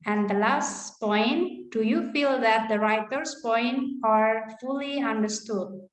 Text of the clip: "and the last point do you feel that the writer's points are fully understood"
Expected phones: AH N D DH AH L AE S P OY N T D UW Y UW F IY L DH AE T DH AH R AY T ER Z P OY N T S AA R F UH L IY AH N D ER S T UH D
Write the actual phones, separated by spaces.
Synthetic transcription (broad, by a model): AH N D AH L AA S P OY N T D UW Y UW F IY L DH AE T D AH R AY T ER S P OY N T AA R F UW L IY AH N D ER S T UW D